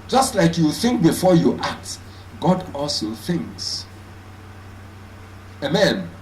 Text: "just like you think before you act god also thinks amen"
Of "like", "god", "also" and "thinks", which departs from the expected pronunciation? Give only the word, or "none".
none